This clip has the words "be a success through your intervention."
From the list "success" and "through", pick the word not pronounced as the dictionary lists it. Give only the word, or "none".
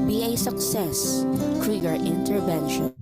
through